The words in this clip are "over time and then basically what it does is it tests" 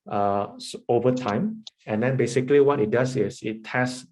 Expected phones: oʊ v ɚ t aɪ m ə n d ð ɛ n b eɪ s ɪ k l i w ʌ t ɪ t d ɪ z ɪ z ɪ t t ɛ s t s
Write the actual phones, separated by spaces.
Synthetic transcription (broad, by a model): oʊ v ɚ t aɪ m ə n d ɛ n b eɪ s ɪ k l i w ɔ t ɪ t d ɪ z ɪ s ɪ t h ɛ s s